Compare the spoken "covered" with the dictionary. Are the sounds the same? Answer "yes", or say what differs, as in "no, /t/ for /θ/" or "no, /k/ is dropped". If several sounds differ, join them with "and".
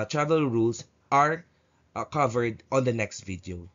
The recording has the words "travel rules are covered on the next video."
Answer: yes